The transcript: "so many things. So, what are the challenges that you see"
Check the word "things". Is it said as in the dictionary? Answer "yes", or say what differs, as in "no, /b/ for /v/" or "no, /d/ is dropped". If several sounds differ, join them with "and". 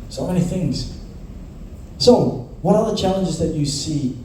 yes